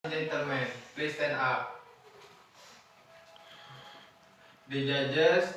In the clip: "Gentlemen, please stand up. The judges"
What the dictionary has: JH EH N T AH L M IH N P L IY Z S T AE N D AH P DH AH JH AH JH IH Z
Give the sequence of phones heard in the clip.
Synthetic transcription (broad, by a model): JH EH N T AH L M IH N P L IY S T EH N AA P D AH JH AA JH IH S